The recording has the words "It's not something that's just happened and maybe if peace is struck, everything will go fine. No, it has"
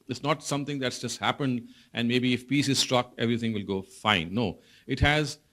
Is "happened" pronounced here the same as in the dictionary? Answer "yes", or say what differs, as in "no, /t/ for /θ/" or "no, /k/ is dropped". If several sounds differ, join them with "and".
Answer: yes